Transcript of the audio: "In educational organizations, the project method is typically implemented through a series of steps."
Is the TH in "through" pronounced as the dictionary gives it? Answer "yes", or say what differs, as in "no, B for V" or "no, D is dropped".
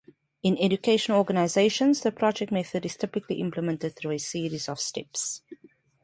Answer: yes